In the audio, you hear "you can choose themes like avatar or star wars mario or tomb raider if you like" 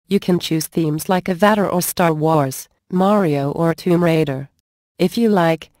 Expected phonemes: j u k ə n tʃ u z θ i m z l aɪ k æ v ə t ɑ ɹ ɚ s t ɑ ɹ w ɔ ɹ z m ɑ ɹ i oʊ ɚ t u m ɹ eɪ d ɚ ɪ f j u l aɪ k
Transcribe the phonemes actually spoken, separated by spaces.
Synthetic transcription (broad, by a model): j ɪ k ə n tʃ u z θ i m z l aɪ k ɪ v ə t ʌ ɹ ɚ s t ɑ ɹ w ɔ ɹ z m ɑ ɹ i oʊ ɚ t u m ɹ eɪ d ɚ ɪ f j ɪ l aɪ k